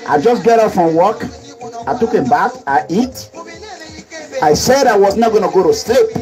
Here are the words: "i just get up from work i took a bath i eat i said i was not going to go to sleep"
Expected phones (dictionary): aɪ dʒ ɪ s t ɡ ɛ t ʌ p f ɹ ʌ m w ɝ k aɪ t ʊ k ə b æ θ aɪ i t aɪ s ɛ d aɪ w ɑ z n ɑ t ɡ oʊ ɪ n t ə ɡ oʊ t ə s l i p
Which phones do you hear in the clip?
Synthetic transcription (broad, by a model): aɪ dʒ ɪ s ɡ ɛ t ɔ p f ɹ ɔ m w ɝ k aɪ t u k ə b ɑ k aɪ i t aɪ s ɛ d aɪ w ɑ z n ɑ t ɡ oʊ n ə ɡ oʊ t ə s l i p